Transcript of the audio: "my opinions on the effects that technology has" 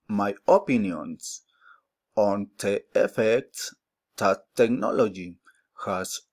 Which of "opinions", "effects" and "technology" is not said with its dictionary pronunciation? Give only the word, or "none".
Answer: opinions